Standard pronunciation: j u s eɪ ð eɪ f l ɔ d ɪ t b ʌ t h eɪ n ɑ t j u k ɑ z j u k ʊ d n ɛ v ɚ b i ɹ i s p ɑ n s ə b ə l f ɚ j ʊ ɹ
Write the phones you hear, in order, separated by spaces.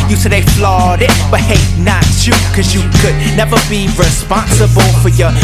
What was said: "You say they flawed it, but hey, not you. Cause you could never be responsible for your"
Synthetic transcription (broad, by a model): j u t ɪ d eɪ f l ɔ d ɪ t b ʌ t h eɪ n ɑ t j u k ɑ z j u k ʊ d n ɛ v ɚ b i ɹ i s p ɑ n s ə b ə l f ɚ j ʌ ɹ